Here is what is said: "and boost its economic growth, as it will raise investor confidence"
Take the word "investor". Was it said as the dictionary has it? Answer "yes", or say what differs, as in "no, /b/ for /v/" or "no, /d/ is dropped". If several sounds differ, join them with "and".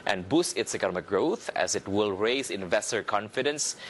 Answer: yes